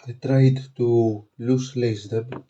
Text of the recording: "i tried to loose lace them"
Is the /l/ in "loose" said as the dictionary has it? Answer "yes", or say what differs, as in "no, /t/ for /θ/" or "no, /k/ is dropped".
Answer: yes